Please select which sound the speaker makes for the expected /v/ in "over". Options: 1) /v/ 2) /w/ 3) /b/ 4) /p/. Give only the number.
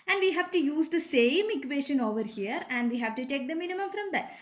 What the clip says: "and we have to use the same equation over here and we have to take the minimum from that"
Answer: 1